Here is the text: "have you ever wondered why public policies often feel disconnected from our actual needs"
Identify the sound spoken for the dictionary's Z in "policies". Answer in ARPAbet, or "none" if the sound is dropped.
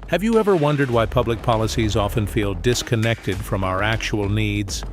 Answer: Z